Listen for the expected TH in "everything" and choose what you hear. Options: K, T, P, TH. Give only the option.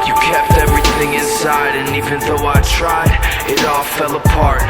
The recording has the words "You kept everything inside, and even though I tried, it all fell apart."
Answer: TH